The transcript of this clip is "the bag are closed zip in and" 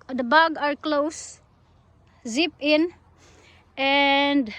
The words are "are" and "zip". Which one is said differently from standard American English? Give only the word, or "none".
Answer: none